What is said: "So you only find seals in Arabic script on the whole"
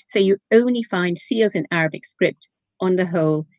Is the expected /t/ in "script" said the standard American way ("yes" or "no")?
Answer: yes